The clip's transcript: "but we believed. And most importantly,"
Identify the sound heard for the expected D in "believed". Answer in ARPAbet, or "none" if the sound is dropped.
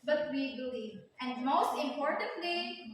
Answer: none